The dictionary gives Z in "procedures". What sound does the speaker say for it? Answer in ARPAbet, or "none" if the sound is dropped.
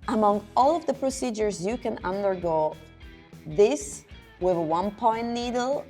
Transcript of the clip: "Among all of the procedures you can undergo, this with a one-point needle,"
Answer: Z